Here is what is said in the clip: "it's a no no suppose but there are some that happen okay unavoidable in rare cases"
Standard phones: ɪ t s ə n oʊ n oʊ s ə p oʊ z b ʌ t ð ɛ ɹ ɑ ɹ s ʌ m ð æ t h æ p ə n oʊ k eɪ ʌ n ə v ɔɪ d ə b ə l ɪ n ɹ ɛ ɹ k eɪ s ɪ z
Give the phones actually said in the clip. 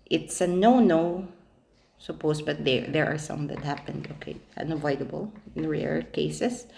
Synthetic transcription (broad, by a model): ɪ t s ə n oʊ n oʊ s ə p oʊ s b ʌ t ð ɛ ɹ ɑ ɹ s ʌ m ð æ t h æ p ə n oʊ k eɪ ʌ n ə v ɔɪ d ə b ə l ɪ n ɹ ɛ ɹ k eɪ s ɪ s